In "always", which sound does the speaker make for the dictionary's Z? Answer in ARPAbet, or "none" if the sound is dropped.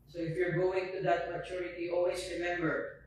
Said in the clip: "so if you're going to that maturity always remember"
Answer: S